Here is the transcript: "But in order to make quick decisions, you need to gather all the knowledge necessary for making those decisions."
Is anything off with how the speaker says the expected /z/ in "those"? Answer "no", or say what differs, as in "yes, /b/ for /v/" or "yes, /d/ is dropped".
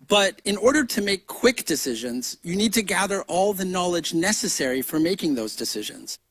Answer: no